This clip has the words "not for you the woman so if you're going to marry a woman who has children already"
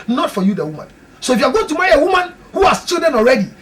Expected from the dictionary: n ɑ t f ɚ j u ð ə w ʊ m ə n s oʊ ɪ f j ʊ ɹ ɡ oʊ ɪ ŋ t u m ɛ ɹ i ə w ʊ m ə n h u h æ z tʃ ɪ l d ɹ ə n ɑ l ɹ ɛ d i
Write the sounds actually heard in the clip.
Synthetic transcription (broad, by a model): n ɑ t f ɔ j u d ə w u m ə n s oʊ ɪ f j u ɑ ɡ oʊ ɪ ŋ t u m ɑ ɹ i ə w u m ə n h u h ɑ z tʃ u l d ə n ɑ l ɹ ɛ d i